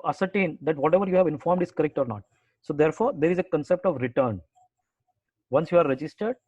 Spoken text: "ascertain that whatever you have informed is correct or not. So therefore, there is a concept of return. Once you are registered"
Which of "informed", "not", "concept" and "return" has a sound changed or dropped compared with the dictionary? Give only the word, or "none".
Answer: none